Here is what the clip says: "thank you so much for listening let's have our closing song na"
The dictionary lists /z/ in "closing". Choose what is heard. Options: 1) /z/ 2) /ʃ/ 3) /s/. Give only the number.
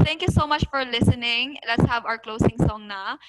3